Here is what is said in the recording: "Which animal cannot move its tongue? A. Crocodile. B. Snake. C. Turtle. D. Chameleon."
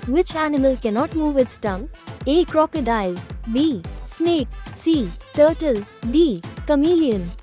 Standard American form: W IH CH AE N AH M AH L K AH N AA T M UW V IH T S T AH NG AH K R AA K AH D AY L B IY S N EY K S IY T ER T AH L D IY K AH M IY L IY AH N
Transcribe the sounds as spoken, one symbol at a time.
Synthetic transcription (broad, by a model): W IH CH AE N AH M AH L K AH N AA T M UW V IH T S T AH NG AH K R AA K AH D AY L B IY S N EY K S IY T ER T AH L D IY K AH M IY L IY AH N